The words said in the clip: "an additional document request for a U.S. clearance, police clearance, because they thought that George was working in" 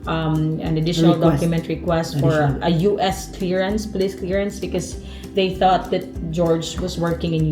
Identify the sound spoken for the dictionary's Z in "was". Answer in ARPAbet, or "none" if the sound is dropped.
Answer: S